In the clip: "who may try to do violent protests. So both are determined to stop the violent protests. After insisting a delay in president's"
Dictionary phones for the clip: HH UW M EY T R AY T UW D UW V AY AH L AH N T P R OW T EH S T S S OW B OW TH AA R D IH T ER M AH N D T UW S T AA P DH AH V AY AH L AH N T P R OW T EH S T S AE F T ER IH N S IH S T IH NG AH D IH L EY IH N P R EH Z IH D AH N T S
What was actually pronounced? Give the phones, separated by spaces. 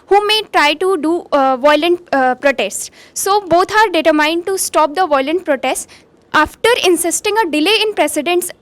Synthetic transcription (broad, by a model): HH UW M EY T R AY T UW D UW V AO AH L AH N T P R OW T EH S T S S OW B OW T AA R D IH T ER M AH N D T UW S T AA P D AH V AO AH L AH N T P R OW T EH S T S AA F T ER IH N S IH S T IH NG AH D IH L EY IH N P R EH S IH D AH N T S